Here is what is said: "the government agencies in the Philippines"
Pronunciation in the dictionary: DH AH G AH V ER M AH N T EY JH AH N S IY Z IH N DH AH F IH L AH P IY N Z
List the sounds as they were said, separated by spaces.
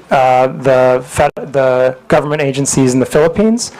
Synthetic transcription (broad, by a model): DH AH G AH V ER M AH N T EY JH AH N S IY Z N DH AH F IH L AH P IY N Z